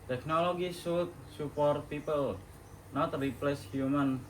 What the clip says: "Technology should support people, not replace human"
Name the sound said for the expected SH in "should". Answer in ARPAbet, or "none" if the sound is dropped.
S